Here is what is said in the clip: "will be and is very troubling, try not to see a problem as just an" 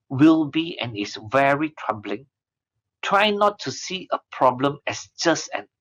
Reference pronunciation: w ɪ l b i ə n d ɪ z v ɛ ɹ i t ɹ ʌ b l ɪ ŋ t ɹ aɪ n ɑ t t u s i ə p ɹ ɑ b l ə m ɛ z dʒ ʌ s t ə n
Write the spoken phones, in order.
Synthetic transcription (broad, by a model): w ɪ l b i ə n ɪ s v ɛ ɹ i t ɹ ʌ b l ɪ ŋ t ɹ aɪ n ɑ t t u s i ə p ɹ ɑ b l ə m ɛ s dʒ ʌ s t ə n